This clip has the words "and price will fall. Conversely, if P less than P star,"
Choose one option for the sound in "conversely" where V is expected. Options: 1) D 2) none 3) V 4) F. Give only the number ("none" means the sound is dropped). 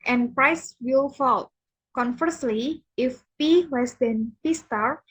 4